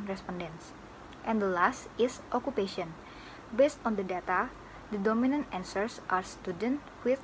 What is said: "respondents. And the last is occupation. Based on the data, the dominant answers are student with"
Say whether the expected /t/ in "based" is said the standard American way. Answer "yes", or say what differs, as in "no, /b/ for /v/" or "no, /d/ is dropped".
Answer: yes